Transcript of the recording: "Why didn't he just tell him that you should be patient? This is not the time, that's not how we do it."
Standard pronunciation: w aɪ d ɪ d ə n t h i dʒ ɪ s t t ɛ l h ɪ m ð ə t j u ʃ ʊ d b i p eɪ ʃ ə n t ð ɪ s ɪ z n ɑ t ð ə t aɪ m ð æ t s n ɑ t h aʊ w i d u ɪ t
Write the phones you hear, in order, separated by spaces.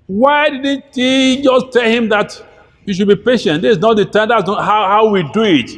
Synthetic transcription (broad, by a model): w aɪ d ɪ d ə n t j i dʒ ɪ s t t ɛ l h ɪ m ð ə t j u ʃ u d b i p eɪ ʃ ə n t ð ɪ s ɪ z n ɑ t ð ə t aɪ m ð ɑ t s n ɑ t h aʊ w i d u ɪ t